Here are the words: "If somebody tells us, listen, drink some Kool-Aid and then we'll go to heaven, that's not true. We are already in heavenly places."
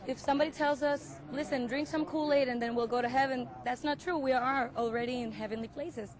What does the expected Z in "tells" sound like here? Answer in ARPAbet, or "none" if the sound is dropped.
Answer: Z